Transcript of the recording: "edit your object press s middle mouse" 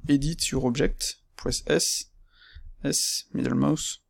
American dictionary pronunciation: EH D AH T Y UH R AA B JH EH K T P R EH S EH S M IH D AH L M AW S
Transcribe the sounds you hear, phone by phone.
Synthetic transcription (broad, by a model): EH D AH T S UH R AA B ZH EH K T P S EH S EH S M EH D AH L M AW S